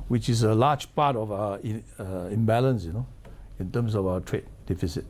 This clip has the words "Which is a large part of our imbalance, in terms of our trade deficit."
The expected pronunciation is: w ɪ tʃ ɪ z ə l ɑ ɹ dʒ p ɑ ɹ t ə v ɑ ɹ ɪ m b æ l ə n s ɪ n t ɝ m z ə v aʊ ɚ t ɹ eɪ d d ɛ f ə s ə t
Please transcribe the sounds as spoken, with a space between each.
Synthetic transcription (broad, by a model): w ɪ tʃ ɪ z ə l ɑ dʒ p ɑ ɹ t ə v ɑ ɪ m b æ l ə n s ɪ n t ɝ m s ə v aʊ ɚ t ɹ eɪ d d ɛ f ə s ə t